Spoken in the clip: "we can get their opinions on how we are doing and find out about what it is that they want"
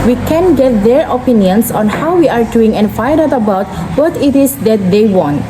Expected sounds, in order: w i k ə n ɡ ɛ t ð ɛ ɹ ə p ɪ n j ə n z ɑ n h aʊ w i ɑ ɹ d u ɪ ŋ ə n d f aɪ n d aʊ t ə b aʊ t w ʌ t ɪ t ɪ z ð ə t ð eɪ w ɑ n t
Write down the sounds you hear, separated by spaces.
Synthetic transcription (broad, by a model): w i k ə n ɡ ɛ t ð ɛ ɹ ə p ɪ n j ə n s ɑ n h aʊ w i ɑ ɹ d u ɪ ŋ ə n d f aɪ d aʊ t ə b aʊ t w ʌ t ɪ t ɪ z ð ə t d eɪ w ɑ n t